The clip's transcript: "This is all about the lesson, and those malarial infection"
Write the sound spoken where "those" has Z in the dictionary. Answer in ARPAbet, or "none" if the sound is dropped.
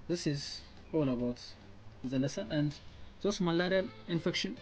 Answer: S